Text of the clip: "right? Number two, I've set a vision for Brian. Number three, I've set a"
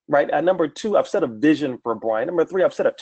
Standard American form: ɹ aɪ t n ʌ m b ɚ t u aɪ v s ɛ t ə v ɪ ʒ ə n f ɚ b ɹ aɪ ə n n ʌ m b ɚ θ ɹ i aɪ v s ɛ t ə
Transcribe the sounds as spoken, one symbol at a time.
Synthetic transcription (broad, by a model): ɹ aɪ t n ʌ m b ɚ t u aɪ v s ɛ t ə v ɪ ʒ ə n f ɚ b ɹ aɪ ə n n ʌ m b ɚ θ ɹ i aɪ v s ɛ t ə